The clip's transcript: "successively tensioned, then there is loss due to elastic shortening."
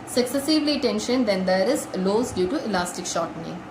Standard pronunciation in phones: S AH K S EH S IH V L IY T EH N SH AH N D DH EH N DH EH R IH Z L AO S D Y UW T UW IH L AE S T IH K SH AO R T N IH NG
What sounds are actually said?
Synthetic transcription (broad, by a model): S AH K S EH S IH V L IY T EH N SH AH N D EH N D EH R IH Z L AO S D Y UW T UW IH L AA S T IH K SH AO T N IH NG